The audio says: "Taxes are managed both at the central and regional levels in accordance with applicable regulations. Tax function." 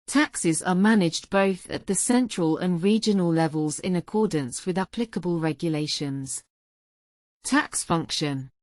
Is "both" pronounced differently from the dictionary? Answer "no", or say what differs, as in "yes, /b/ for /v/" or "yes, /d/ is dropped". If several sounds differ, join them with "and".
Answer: no